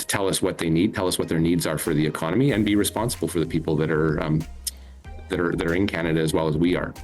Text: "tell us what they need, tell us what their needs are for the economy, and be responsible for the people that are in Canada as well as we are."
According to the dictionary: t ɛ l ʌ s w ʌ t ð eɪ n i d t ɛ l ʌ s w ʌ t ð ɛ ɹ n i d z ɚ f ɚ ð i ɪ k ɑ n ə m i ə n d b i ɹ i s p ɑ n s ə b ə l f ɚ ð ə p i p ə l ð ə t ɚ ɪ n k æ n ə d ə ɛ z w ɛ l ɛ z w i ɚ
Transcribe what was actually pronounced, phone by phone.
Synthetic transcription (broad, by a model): t ɛ l ʌ s w ʌ t ð eɪ n i d t ɛ l ʌ s w ʌ t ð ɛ ɹ n i d z ɚ f ɚ ð i ɪ k ɑ n ə m i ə n b i ɹ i s p ɑ n s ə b l f ɚ ð ə p i p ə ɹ ð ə t ɚ ɪ n k æ n ə d ə z w ɛ l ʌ z w i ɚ